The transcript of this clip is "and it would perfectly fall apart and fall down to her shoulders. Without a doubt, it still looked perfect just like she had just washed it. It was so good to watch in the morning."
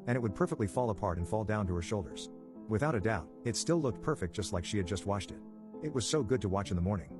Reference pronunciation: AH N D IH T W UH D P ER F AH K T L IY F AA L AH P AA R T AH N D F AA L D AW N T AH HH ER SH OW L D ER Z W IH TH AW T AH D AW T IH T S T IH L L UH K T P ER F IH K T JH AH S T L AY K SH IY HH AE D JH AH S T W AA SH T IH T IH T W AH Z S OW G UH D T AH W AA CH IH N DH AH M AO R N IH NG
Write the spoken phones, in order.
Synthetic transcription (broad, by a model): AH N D IH T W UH D P ER F AH K T L IY F AA L AH P AA R T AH N F AA L D AW N T AH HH ER SH OW L D ER Z W IH TH AW T AH D AW T IH T S T IH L L UH K T P ER F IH K JH AH S T L AY K SH IY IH D JH AH S T W AA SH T IH T IH T W AH Z S OW G UH D T AH W AA CH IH N DH AH M AO R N IH NG